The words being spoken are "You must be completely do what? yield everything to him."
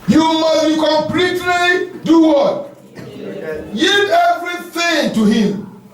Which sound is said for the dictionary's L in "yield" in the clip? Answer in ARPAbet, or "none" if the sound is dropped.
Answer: none